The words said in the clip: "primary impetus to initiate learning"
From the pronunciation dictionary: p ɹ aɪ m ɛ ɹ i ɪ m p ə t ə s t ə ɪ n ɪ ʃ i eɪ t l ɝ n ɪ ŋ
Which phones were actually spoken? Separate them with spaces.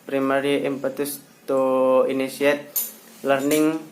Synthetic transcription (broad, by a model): p ɹ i m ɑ ɹ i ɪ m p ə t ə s t ə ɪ n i s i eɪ t l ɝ n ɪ ŋ